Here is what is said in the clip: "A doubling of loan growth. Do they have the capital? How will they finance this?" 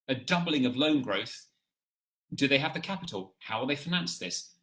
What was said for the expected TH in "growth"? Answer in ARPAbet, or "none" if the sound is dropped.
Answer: TH